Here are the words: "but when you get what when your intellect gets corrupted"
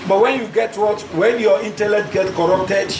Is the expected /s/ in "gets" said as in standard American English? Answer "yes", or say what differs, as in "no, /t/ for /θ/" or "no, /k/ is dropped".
no, /s/ is dropped